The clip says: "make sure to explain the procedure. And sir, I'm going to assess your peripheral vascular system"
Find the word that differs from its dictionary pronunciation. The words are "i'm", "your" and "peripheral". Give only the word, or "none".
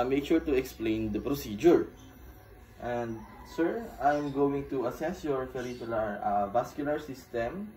peripheral